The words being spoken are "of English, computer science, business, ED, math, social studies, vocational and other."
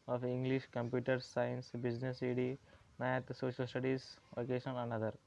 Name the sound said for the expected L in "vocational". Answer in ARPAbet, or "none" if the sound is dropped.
N